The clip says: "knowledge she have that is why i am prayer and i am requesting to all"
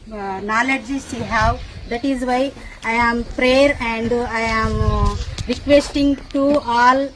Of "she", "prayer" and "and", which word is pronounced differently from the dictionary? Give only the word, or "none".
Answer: she